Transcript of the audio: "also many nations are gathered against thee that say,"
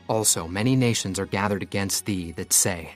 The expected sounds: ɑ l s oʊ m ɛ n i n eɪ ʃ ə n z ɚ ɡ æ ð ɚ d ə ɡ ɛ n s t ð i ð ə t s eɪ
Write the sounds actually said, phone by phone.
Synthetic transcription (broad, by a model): ɑ l s oʊ m ɛ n i n eɪ ʃ ə n z ɚ ɡ æ ð ɚ d ə ɡ ɛ n s t ð i ð ə t s eɪ